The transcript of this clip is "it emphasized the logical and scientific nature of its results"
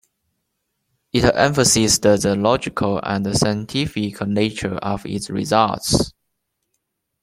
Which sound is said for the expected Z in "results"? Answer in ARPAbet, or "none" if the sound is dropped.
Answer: Z